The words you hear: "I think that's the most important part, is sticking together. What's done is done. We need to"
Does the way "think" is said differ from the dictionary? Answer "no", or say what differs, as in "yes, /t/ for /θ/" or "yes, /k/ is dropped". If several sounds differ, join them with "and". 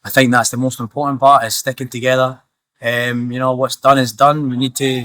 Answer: no